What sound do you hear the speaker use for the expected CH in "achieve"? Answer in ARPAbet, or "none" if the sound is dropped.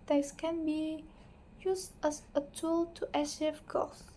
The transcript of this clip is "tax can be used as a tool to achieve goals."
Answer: SH